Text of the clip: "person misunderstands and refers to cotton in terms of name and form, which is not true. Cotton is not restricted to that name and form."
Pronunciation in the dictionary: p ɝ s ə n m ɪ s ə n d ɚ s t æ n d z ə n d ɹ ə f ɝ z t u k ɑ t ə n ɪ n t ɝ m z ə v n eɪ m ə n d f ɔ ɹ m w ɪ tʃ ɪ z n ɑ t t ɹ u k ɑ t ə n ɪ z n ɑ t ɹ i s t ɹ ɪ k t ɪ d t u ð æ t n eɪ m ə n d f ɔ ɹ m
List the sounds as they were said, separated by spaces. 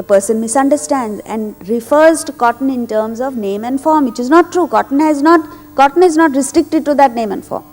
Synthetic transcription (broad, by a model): p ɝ s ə n m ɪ s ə n d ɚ s t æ n d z ə n d ɹ ə f ɝ z t u k ɑ t ə n ɪ n t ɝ m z ə v n eɪ m ə n d f ɔ ɹ m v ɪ tʃ ɪ z n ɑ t t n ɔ k ɑ t ə n ɪ z n ɑ t ɹ i s t ɹ ɪ k t ɪ d t u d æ t n eɪ m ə n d f ɔ ɹ m